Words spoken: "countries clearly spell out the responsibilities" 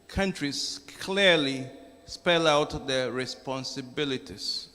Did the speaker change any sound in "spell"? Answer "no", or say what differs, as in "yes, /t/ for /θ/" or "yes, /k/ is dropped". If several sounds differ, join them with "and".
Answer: no